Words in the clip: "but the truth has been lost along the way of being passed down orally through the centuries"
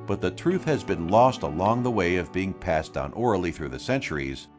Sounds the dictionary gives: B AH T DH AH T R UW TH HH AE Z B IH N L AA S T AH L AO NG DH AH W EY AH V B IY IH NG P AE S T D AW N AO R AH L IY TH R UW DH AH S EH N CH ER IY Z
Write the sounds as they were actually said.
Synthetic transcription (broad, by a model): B AH T DH AH T R UW TH HH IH Z B IH N L AA S T AH L AO NG DH AH W EY AH V B IY IH NG P AE S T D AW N AO R L IY TH R UW DH AH S EH N CH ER IY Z